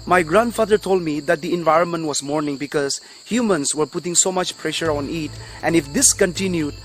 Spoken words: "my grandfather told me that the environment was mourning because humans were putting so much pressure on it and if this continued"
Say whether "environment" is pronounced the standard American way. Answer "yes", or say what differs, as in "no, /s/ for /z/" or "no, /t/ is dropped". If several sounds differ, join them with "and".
yes